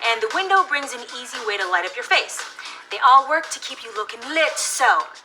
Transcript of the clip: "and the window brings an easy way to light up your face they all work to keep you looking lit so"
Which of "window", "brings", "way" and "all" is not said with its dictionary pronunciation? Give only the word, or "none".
none